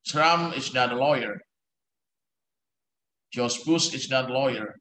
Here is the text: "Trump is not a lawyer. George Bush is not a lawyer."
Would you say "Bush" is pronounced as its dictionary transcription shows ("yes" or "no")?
no